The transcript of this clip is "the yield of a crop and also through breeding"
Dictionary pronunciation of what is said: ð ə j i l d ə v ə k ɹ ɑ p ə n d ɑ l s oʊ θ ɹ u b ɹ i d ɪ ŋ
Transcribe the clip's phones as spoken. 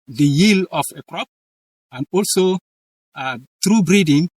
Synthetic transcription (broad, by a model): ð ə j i l ə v ə k ɹ ɑ p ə n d ɑ l s oʊ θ ɹ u b ɹ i d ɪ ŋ